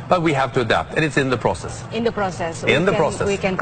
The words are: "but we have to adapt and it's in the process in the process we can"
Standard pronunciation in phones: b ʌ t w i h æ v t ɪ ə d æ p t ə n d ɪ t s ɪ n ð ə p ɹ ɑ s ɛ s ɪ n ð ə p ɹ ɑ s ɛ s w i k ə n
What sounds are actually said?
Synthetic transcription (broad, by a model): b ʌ t w i h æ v t ɪ ə d æ p t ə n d ɪ t s ɪ n ð ə p ɹ ɑ s ɛ s ɪ n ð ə p ɹ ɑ s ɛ s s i k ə n